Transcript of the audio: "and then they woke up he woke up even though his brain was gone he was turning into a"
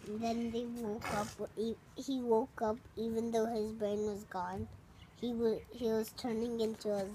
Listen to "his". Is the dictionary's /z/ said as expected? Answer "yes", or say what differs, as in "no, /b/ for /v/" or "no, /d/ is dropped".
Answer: yes